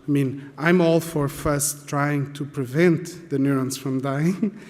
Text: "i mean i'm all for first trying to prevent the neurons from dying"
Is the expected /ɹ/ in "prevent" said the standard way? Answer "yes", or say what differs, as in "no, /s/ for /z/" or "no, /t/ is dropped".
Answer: yes